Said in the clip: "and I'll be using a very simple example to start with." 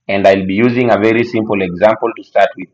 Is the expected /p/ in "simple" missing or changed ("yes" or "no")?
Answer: no